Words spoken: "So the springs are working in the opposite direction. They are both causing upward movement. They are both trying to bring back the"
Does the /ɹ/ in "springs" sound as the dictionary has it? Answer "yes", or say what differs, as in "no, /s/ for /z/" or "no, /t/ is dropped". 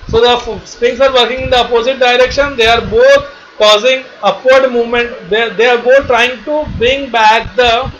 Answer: no, /ɹ/ is dropped